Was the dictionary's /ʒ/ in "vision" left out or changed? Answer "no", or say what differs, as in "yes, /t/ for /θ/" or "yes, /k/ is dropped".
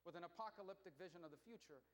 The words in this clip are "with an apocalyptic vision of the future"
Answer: no